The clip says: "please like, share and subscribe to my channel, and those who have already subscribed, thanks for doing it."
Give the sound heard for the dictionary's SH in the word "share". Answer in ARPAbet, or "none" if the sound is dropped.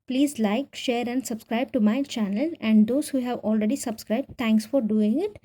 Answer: SH